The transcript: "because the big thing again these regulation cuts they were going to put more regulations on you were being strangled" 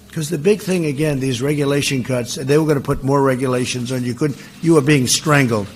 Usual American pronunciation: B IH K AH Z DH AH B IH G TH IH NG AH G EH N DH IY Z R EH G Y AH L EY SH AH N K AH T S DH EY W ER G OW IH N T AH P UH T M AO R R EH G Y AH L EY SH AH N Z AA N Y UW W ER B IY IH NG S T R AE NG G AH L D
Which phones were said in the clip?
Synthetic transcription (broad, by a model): K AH Z DH AH B IH G TH IH NG AH G EH N DH IY Z R EH G Y AH L EY SH AH N K AH T S DH EY W ER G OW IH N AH P UH T M AO R R EH G Y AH L EY SH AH N Z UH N Y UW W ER B IY IH NG S T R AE NG G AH L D